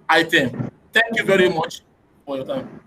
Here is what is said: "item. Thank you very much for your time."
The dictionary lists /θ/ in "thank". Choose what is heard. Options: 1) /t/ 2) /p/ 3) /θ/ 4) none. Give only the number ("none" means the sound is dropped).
1